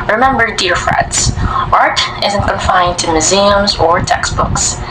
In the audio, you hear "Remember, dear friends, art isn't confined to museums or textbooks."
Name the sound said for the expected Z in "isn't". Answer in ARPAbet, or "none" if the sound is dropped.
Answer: Z